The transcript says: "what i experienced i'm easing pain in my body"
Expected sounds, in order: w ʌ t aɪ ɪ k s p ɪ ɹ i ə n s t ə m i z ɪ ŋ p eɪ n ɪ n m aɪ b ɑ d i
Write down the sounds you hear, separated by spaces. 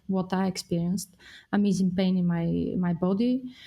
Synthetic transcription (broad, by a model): w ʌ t aɪ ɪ k s p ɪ ɹ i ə n s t ə m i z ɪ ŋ p eɪ n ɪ n m aɪ b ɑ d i